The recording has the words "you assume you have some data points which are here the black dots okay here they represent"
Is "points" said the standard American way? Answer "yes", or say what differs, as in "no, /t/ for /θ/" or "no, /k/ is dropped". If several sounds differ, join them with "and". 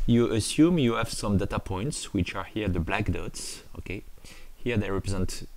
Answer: yes